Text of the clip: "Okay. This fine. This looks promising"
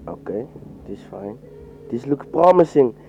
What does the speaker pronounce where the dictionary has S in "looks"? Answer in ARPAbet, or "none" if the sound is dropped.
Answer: none